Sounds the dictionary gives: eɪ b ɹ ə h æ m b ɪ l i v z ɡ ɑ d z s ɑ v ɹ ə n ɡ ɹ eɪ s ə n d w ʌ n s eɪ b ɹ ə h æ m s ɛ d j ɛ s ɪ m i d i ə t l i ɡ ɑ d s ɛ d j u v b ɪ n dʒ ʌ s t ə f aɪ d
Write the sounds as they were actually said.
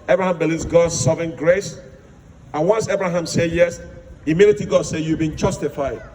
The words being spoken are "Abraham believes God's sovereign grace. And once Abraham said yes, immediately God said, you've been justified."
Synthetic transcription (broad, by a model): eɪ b ɹ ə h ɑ m b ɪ l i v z ɡ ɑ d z s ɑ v ə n ɡ ɹ eɪ s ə n w ʌ n s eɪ b ɹ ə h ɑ m s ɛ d j ɛ s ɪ m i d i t i ɡ ɑ d s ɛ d j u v b ɪ n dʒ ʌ s t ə f aɪ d